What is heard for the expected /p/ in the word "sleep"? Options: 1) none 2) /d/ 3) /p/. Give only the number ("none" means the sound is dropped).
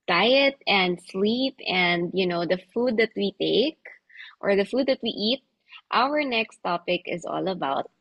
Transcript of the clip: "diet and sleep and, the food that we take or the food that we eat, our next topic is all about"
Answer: 3